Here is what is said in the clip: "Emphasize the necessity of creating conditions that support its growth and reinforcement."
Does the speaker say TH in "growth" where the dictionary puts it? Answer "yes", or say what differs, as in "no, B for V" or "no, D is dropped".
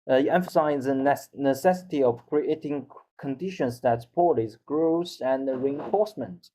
no, S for TH